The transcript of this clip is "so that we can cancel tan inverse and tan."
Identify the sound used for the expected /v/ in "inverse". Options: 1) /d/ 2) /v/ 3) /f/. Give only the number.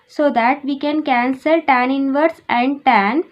2